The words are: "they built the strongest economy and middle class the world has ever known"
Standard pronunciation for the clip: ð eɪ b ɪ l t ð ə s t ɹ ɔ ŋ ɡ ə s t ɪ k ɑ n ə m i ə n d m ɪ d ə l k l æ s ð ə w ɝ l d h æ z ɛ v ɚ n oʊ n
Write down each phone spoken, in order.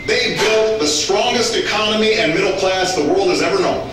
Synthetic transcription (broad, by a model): ð eɪ b ɪ l t ð ə s t ɹ ɔ ŋ ɡ ə s t ɪ k ɑ n ə m i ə n m ɪ d l k l æ s ð ə w ɝ l d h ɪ z ɛ v ɚ n oʊ n